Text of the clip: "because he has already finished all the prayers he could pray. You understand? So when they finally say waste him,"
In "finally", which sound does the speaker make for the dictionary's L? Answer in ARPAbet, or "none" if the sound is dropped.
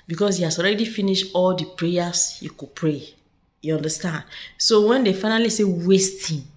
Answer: L